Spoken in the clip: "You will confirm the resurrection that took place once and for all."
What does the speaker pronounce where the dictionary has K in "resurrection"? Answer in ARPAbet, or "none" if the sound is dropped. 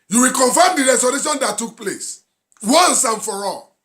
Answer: none